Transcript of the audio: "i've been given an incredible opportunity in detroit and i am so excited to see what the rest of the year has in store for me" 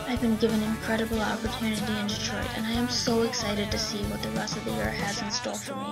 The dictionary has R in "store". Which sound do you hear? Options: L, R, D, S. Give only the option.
L